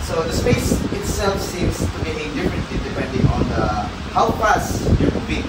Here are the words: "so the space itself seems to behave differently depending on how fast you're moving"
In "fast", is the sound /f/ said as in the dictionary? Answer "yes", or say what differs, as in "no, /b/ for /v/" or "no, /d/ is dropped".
no, /p/ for /f/